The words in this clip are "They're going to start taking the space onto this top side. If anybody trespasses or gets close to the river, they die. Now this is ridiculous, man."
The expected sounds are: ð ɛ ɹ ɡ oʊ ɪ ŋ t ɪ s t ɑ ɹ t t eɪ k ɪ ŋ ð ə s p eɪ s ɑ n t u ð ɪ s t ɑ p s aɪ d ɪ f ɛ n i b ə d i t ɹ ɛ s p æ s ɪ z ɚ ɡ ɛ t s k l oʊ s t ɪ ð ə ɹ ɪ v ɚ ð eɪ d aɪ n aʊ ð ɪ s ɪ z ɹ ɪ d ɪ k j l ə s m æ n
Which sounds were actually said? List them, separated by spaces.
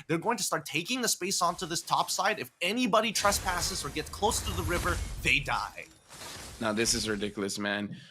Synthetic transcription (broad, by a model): ð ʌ ɹ ɡ oʊ ɪ ŋ t ɪ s t ɑ ɹ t t eɪ k ɪ ŋ ð ə s p eɪ s ɑ n t u ð ɪ s t ɑ p s aɪ d ɪ f ɛ n i b ə d i t ɹ ɛ s p æ s ɪ z ɚ ɡ ɛ t s k l oʊ s t ɪ ð ə ɹ ɪ v ɚ ð eɪ d aɪ n aʊ ð ɪ s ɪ z ɹ ɪ d ɪ k j l ə s m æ n